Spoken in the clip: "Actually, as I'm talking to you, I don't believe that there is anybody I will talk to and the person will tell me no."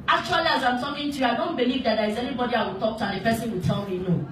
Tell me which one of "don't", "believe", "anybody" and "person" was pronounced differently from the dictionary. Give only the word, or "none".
person